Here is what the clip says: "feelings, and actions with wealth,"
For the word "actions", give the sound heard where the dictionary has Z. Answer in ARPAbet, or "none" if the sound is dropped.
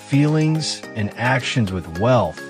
Z